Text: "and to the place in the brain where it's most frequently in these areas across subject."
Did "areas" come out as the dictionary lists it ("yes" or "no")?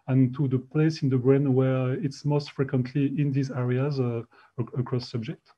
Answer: yes